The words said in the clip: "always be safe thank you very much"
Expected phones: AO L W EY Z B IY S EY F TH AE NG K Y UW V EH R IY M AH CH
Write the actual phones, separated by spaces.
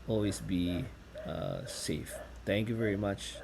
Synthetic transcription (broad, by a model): AO L W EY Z B IY S EY F T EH NG K Y UW V EH R IY M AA CH